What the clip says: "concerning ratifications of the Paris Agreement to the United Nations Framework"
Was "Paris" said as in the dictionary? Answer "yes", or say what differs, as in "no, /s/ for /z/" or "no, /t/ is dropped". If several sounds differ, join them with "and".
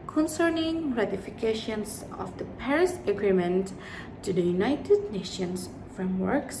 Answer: yes